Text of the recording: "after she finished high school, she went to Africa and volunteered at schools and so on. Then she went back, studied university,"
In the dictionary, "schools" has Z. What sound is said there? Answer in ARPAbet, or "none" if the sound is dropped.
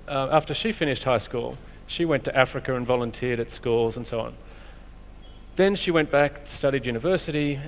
Z